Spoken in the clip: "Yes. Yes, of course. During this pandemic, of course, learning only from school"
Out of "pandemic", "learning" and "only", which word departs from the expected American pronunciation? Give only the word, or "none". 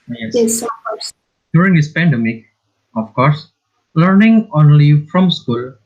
none